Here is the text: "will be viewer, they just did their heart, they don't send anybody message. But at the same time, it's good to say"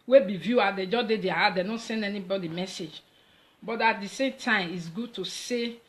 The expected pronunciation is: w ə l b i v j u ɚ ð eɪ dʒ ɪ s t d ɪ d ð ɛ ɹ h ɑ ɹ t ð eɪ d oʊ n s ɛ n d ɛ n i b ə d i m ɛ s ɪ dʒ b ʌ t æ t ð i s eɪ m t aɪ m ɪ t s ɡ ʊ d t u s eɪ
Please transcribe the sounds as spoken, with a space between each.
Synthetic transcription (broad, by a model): w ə b i v j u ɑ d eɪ dʒ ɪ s d ɪ d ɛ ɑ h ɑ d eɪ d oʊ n s ɛ n d ɛ n i b ə d i m ɛ s ɪ dʒ b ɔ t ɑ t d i s eɪ m t aɪ m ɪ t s ɡ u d t u s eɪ